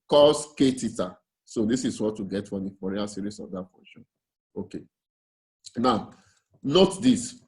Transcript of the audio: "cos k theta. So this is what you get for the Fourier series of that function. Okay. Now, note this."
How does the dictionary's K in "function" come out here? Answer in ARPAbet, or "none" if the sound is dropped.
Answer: none